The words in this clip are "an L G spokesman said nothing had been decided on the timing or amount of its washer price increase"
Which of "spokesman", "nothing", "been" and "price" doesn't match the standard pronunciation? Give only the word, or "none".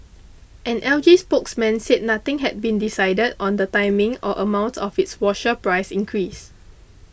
nothing